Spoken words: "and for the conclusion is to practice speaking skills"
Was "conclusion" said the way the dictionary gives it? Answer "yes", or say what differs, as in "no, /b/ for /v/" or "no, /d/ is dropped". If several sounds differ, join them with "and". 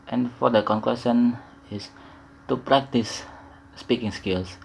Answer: no, /w/ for /l/ and /s/ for /ʒ/